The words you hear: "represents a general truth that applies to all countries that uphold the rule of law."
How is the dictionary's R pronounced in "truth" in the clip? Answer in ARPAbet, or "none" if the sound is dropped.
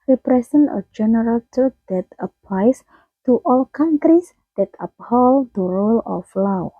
none